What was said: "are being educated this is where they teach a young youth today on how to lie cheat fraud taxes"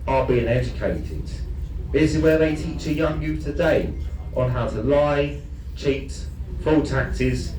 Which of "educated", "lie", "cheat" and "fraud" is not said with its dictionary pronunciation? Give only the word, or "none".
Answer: fraud